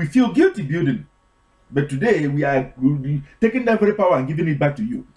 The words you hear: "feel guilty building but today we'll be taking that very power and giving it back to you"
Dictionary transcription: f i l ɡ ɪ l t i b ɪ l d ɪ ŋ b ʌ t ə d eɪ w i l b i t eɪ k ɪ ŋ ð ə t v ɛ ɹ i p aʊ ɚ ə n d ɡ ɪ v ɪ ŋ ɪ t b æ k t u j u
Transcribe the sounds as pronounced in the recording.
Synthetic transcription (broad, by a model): f i l ɡ ɪ l t i b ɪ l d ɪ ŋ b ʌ t ə d eɪ w i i t eɪ k ɪ ŋ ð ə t v ɛ ɹ i p aʊ ɚ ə n ɡ ɪ v ɪ ŋ ɪ t b æ k t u j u